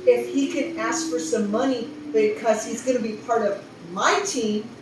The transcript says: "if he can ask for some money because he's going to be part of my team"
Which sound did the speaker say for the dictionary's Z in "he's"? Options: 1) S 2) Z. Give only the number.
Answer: 2